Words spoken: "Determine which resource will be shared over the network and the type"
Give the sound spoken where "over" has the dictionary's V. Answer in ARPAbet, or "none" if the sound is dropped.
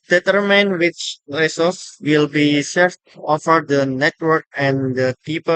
F